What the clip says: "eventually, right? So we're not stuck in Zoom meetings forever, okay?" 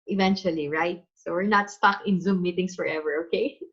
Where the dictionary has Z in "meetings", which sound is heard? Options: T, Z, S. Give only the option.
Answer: S